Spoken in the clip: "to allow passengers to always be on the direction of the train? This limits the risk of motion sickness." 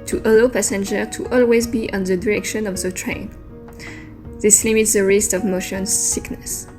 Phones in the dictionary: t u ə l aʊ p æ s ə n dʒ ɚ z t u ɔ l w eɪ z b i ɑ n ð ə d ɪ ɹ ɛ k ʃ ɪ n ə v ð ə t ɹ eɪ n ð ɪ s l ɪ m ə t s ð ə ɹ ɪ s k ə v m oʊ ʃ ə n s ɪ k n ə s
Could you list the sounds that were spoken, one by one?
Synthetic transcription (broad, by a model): t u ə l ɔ p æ s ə n dʒ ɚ t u ɔ l w eɪ z b i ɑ n ð ə d ɪ ɹ ɛ k ʃ ɪ n ə v ð ə t ɹ eɪ n ð ɪ s l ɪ m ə t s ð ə ɹ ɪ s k ə v m oʊ ʃ ə n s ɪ k n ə s